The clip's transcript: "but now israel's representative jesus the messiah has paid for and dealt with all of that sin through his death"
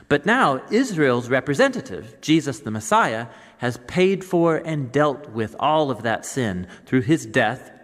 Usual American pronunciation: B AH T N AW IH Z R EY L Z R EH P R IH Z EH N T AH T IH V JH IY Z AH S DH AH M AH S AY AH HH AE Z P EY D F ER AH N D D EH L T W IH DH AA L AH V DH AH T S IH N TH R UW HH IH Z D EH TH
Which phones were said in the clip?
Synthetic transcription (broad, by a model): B AH T N AW IH Z R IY L Z R EH P R IH Z EH N T AH T IH V JH IY Z AH S DH AH M AH S AY AH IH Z P EY D F ER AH N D D EH L T W IH DH AA L AH V DH AH T S IH N TH R UW IH Z D EH TH